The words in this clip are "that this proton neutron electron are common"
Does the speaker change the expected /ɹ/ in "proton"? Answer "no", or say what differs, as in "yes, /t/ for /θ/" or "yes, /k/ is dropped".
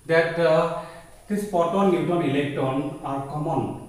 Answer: yes, /ɹ/ is dropped